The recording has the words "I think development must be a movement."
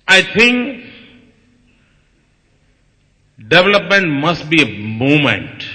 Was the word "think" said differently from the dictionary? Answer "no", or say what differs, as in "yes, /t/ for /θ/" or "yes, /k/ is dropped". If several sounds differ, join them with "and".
yes, /t/ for /θ/